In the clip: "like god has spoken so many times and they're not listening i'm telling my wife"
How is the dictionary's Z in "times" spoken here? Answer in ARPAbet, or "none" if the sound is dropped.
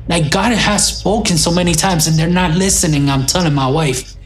Z